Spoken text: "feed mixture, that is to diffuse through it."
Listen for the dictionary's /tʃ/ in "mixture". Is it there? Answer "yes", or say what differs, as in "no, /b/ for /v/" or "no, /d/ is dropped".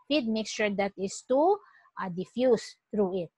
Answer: no, /ʃ/ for /tʃ/